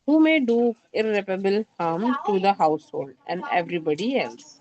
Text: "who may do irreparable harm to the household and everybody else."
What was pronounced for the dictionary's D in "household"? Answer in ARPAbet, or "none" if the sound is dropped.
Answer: D